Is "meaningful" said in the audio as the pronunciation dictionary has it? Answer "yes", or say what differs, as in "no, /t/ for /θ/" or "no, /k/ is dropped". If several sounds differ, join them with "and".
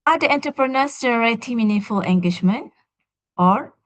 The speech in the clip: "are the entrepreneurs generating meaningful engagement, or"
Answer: no, /ŋ/ is dropped